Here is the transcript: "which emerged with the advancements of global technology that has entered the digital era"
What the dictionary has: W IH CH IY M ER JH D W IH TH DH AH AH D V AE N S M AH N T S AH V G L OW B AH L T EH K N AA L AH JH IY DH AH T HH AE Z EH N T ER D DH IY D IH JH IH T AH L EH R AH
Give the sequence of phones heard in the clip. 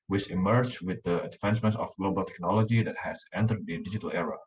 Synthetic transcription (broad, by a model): W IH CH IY M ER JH W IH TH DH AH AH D F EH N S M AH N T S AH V G L OW B AH L T EH K N AA L AH JH IY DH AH T HH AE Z EH N T ER D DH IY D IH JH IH T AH L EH R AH